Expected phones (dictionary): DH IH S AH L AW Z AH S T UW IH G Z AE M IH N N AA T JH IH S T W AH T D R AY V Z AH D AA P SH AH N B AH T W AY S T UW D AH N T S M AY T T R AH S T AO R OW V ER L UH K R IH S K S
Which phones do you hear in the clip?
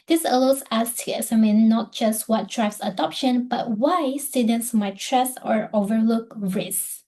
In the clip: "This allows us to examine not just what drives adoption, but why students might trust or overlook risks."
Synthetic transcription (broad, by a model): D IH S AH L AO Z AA S T UW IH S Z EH M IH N N AA T JH IH S T W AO T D R AY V S AH D AA P SH AH N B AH T W AY S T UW D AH N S M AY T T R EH S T AO R OW V ER L UH K R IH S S